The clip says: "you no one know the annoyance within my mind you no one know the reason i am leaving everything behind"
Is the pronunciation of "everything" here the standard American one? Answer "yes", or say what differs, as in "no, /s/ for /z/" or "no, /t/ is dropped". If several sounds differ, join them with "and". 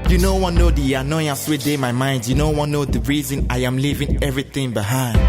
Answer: no, /t/ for /θ/